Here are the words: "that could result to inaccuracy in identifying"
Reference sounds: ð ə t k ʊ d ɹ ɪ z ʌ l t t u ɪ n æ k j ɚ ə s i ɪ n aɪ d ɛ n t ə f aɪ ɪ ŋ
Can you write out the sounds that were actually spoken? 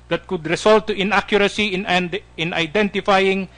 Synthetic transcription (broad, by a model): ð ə t k ʊ d ɹ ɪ s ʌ l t t u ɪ n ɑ k j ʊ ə s i ɪ n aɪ d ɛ n t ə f aɪ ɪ ŋ